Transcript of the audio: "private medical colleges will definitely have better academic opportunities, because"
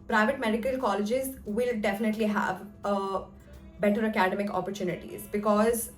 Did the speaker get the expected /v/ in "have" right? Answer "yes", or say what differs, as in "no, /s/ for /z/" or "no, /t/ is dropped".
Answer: yes